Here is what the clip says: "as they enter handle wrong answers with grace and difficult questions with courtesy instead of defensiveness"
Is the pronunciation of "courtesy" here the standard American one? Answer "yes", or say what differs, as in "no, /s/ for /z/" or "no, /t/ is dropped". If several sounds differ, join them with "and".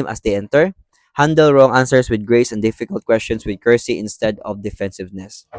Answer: no, /s/ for /t/